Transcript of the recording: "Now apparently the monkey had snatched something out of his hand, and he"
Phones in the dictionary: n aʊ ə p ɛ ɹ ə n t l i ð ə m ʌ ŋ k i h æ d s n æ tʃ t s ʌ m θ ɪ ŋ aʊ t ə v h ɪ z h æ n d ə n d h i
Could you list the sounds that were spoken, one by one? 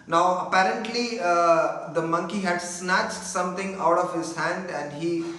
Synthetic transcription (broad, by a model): n aʊ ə p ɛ ɹ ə n t l i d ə m ʌ ŋ k i h æ d s n æ tʃ t s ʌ m t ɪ ŋ aʊ t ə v h ɪ z h æ n d ə n d h i